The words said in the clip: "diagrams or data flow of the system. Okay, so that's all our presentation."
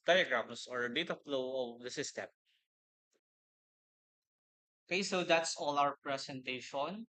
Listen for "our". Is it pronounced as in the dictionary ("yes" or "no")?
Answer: no